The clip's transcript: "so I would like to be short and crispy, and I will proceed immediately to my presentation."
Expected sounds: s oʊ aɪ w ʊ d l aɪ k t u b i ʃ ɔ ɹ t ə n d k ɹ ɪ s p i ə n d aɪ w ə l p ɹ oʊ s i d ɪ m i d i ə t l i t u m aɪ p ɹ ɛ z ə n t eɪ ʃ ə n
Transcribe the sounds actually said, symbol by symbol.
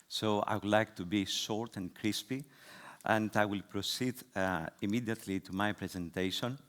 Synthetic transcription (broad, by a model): s oʊ aɪ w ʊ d l aɪ k t u b i ʃ ɔ ɹ t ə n k ɹ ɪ s p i ə n d aɪ w ə l p ɹ oʊ s i d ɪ m i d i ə t l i t u m aɪ p ɹ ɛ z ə n t eɪ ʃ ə n